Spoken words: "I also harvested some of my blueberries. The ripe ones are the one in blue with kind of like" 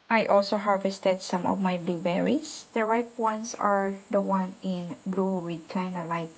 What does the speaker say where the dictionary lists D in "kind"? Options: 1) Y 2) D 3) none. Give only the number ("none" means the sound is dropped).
3